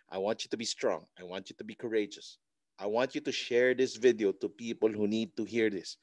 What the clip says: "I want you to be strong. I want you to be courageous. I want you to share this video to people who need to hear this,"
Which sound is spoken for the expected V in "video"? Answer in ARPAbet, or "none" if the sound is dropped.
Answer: V